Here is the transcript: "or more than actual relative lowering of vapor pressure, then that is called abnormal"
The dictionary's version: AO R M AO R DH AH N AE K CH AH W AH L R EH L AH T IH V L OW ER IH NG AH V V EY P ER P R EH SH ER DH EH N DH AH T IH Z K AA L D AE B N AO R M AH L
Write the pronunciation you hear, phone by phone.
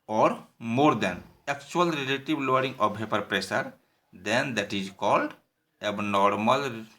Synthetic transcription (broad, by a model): AO R M AO R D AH N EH K CH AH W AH L R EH L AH T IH B L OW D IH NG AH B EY P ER P R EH S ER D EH N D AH T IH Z K AA L D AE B N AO R M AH L